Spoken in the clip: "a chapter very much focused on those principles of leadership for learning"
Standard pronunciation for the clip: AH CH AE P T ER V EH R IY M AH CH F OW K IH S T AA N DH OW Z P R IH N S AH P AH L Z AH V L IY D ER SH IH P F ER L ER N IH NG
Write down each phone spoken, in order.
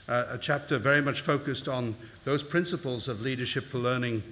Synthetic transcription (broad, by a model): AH CH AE P T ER V EH R IY M AH CH F OW K IH S T N DH OW Z P R IH N S AH P AH L Z AH V L IY D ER SH IH P F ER L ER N IH NG